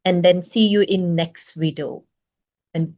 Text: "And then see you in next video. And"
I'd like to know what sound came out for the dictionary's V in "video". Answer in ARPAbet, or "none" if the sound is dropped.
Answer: W